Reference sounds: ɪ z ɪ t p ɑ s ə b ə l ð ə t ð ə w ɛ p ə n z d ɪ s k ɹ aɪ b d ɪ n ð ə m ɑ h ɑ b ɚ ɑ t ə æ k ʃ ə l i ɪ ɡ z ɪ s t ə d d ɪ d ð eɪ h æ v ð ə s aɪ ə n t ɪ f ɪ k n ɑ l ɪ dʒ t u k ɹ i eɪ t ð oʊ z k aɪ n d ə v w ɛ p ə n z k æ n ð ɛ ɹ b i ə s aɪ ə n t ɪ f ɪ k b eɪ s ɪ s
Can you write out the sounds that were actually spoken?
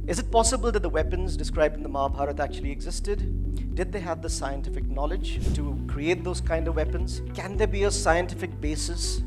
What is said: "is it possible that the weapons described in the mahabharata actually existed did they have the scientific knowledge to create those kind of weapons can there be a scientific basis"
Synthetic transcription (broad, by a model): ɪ z ɪ t p ɑ s ə b ə l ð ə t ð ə w ɛ p ə n z d ɪ s k ɹ aɪ b d ɪ n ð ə m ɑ h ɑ b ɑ t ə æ k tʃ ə l i ɪ ɡ z ɪ s t ə d d ɪ d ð eɪ h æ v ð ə s aɪ ə n t ɪ f ɪ k n ɑ l ɪ dʒ t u k ɹ i eɪ t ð oʊ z k aɪ n d ə v w ɛ p ə n z k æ n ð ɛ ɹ b i ə s aɪ ə n t ɪ f ɪ k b eɪ s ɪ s